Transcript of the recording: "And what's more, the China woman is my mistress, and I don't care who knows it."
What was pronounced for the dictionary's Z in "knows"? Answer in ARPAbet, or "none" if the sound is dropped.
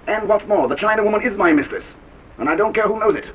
Z